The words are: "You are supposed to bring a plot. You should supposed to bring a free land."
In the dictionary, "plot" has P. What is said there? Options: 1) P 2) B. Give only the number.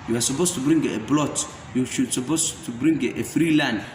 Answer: 2